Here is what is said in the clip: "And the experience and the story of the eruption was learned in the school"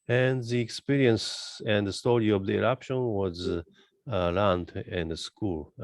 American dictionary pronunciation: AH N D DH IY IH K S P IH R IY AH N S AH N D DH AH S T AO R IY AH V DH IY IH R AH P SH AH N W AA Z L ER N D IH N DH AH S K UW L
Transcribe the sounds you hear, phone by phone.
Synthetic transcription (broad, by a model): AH N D DH IY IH K S P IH R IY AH N S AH N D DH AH S T AO R IY AH V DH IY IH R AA P SH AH N W AA Z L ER N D IH N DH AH S K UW L